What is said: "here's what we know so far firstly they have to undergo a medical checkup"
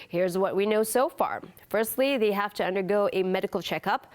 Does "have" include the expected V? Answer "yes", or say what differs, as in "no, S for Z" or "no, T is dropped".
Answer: no, F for V